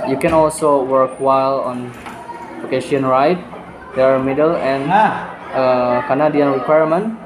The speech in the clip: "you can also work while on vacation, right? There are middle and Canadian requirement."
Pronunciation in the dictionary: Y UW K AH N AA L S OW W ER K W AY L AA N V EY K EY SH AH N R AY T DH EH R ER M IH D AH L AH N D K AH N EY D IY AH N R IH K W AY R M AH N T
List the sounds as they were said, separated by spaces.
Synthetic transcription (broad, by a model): Y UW K AH N AA L S OW W ER K W AY L AA N P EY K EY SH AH N R AY T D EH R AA M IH D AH L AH N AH K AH N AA D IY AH N R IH K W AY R M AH N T